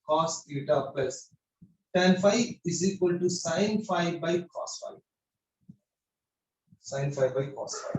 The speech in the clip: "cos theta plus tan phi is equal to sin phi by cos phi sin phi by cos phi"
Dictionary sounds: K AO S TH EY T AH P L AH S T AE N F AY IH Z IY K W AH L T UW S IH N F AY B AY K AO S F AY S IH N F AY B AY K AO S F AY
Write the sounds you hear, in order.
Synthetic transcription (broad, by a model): K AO S T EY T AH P AH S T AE N F AY IH Z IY K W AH L T UW S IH N F AY B AY K AO S F AY S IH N F AY B AY K AO S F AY